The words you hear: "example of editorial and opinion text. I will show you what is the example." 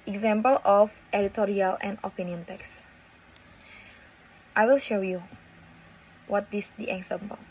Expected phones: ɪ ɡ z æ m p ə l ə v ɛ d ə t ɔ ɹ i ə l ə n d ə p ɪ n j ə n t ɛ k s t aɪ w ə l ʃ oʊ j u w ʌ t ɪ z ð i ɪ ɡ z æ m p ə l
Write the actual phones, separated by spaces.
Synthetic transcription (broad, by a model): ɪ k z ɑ m p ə l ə f ɛ d ə t ɔ ɹ i ə l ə n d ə p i n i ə n t ɛ k s t aɪ w ə l ʃ oʊ j u w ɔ t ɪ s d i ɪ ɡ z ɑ m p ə l